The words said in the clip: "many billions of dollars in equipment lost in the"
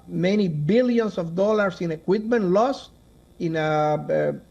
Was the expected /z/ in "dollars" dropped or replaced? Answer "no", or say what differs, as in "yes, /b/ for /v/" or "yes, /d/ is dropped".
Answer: yes, /s/ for /z/